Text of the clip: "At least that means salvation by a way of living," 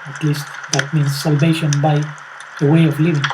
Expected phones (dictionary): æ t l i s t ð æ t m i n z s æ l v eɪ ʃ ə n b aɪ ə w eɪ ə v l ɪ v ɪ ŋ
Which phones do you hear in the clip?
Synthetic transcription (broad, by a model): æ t l i s t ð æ t m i n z s æ l v eɪ ʃ ə n b aɪ ə w eɪ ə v l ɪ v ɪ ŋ